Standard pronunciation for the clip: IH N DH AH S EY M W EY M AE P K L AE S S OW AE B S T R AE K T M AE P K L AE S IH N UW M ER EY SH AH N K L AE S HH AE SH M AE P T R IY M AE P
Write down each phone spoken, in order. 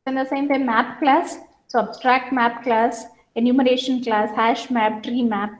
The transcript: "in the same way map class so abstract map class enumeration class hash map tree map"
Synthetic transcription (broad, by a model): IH N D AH S EY M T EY M AE P K L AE S S OW AE B S T R AE K T M AE P K L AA S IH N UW M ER EY SH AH N K L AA S HH AE SH M AE P T R IY M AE P